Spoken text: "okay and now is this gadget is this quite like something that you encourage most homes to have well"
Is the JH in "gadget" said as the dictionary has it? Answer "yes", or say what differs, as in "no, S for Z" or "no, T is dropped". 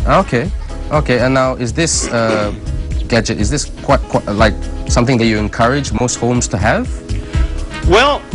yes